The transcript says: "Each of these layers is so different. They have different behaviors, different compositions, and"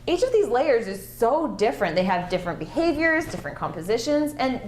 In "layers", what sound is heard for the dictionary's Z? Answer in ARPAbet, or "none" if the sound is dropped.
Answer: Z